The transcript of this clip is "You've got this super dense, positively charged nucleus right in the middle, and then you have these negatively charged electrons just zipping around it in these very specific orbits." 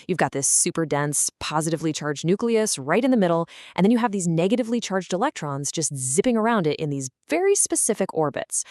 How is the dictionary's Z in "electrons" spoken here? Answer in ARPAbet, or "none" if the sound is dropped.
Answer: Z